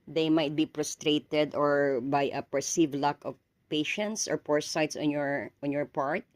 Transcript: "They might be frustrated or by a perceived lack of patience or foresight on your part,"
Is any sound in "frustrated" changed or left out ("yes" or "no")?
yes